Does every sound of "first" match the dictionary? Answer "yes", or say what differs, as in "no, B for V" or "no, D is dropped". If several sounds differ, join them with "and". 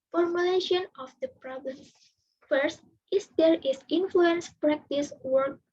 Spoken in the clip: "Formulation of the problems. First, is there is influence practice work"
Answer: yes